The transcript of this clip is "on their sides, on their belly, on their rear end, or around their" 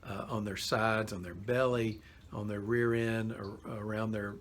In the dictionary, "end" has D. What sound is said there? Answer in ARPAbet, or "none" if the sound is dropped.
none